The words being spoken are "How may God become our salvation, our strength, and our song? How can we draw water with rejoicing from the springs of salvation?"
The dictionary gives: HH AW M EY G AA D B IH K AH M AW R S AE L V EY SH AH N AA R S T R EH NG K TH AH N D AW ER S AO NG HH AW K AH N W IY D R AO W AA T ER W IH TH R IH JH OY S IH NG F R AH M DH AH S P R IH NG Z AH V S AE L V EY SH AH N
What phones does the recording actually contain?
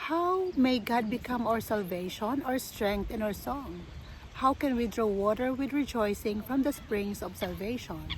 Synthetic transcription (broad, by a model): HH AW M EY G AA D B IH K AH M AW R S AE L V EY SH AH N AA R S T R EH NG K T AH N AW ER S AO NG HH AW K AH N W IY D R AO W AA T ER W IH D R IH JH OY S IH NG F R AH M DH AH S P R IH NG S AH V S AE L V EY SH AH N